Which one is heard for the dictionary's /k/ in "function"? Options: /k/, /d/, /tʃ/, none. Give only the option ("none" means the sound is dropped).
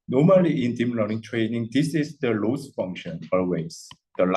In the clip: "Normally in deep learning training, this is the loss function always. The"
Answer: /k/